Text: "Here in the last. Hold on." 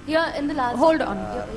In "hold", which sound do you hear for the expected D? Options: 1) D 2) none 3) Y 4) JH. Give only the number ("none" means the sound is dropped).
1